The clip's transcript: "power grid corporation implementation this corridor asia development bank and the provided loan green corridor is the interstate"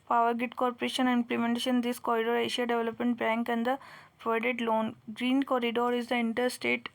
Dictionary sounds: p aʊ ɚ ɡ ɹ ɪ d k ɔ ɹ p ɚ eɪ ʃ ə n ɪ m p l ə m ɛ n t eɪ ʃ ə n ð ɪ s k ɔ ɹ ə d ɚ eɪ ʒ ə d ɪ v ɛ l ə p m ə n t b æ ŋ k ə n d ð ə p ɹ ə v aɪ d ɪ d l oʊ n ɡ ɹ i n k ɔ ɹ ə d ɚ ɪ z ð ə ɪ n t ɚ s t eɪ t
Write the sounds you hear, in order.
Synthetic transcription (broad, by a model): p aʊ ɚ ɡ ɪ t k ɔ ɹ p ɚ eɪ ʃ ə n ɪ m p l ə m ɛ n t eɪ ʃ ə n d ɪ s k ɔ ɹ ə d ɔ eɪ ʃ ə d ɪ v ɛ l ə p m ə n t b æ ŋ k ə n d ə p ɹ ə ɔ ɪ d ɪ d l oʊ n ɡ ɹ i n k ɔ ɹ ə d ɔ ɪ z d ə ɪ n t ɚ s t eɪ t